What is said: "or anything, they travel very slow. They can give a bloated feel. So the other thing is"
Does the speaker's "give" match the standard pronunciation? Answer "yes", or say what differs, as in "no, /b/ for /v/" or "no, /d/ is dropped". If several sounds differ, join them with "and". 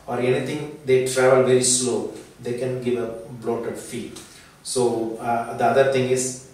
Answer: yes